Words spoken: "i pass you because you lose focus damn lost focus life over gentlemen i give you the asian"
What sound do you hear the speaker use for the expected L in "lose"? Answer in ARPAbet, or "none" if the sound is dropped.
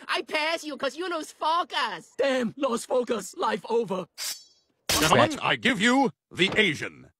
N